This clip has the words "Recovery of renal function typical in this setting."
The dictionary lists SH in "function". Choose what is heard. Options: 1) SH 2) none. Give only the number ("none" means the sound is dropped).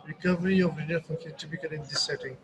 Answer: 2